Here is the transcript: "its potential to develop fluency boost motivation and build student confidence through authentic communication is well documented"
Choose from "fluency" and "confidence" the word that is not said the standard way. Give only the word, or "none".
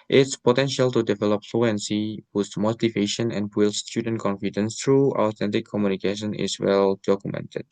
none